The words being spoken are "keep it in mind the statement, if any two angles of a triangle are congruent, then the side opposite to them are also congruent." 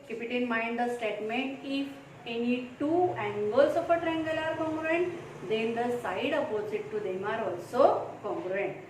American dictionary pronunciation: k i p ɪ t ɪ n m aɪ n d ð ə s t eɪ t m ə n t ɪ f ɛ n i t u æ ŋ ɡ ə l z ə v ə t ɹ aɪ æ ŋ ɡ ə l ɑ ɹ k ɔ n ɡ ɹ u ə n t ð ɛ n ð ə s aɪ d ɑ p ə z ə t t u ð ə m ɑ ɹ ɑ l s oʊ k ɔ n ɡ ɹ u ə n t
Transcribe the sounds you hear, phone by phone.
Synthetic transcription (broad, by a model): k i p ɪ t ɪ n m aɪ n d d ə s t eɪ t m ə n t ɪ f ɛ n i t u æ ŋ ɡ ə l s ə p ə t ɹ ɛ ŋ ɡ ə l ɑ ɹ k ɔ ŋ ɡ ɹ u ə n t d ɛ n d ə s aɪ d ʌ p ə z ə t t u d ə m ɑ ɹ ɑ l s oʊ k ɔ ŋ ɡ ɹ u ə n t